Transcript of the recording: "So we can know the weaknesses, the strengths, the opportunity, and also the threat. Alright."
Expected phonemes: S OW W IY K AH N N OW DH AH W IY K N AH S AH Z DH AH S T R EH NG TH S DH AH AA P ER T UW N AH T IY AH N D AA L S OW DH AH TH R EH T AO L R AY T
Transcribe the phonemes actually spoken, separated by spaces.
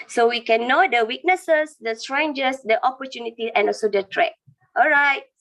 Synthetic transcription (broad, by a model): S OW W IY K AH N N OW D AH W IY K N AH S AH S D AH S T R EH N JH S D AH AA P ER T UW N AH T IY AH N AA L S OW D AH T R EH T AO L R AY T